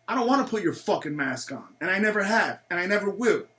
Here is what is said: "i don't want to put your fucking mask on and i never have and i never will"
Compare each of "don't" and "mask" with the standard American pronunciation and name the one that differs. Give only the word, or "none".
none